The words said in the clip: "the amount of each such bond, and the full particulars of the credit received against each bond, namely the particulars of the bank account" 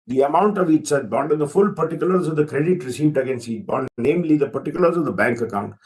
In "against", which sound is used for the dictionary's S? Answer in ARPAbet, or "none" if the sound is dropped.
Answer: S